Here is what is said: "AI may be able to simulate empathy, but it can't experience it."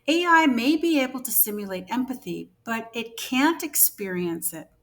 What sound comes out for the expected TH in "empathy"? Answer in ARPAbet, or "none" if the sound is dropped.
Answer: TH